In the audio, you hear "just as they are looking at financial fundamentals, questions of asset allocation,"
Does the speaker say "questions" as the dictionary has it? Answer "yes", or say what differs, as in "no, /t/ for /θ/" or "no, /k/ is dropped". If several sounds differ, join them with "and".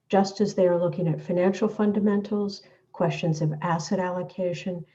yes